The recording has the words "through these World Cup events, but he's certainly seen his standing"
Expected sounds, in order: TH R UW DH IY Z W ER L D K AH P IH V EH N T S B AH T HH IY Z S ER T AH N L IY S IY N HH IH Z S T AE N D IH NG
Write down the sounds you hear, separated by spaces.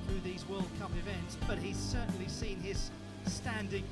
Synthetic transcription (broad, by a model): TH R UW DH IY Z W ER L D K AH P IH V EH N T S B AH T HH IY Z S ER T N L IY S IY N IH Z S T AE N D IH NG